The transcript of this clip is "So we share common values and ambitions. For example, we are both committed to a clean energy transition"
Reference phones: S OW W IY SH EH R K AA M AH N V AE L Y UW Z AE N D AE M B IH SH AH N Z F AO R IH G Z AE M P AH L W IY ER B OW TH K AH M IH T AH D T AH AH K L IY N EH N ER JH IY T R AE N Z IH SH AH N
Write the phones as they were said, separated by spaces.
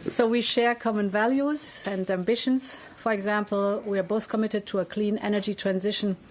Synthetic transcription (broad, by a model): S OW W IY SH EH R K AA M AH N V AE L Y UW Z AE N D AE M B IH SH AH N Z F AO R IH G Z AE M P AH L W IY ER B OW TH K AH M IH T AH D T AH AH K L IY N EH N ER JH IY T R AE N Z IH SH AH N